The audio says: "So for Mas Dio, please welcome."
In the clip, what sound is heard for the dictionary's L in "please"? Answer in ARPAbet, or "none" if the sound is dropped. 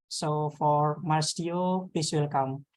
none